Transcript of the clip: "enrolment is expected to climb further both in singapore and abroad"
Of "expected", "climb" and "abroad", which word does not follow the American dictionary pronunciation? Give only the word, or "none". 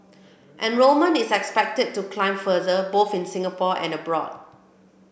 none